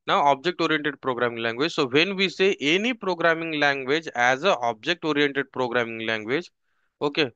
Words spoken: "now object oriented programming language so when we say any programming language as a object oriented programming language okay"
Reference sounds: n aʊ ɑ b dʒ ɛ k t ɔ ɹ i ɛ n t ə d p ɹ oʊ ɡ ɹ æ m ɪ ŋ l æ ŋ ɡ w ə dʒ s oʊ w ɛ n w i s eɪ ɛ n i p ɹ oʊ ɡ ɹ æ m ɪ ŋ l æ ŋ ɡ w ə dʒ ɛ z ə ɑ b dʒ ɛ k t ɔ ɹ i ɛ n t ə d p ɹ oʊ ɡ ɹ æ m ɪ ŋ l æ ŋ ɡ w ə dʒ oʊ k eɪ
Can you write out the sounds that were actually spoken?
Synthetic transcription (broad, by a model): n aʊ ɑ b dʒ ɛ k t ɔ ɹ i ɛ n t ə d p ɹ oʊ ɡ ɹ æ m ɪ ŋ l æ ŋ ɡ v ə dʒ s oʊ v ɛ n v i s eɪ ɛ n i p ɹ oʊ ɡ ɹ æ m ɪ ŋ l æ ŋ ɡ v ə dʒ ɛ z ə ɑ b dʒ ɛ k t ɔ ɹ i ɛ n t ə d p ɹ oʊ ɡ ɹ æ m ɪ ŋ l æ ŋ ɡ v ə dʒ oʊ k eɪ